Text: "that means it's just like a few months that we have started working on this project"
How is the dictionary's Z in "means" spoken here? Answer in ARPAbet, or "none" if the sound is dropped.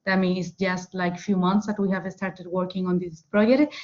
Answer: none